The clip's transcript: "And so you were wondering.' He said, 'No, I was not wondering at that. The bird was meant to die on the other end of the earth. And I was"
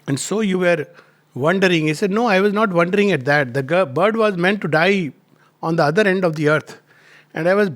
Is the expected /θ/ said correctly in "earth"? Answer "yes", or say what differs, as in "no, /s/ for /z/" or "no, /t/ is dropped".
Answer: no, /t/ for /θ/